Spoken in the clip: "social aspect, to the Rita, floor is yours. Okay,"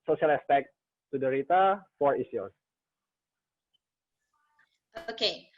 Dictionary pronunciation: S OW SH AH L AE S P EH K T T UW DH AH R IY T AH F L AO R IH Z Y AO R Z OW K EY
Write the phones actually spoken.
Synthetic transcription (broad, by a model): S OW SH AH L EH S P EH K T T UW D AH R IY T AH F AO R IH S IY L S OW K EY